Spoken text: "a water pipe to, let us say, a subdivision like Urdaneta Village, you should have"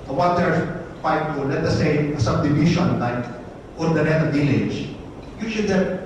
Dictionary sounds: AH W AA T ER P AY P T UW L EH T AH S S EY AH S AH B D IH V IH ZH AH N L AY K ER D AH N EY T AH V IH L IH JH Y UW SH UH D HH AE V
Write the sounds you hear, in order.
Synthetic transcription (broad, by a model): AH W AA T ER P AY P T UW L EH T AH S S EY AH S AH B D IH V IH SH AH N L AY K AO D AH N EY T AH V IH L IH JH Y UW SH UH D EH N